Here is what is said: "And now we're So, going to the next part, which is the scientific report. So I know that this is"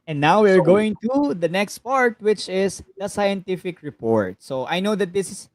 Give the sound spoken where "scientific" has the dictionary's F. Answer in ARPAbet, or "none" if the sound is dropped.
F